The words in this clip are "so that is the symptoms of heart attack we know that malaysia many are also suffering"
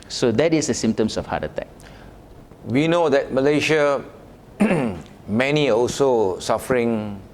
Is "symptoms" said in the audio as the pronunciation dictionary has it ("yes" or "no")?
no